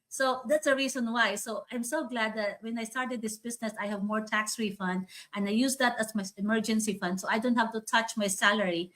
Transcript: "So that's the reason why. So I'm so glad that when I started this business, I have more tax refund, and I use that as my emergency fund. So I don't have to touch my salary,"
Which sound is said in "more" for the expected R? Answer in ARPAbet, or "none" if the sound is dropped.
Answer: R